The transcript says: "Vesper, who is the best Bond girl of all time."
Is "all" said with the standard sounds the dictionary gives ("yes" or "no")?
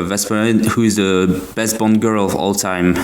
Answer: yes